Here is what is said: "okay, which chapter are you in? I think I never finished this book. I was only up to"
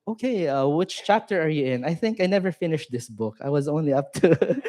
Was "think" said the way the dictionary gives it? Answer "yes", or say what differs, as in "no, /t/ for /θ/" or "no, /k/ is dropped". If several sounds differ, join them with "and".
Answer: yes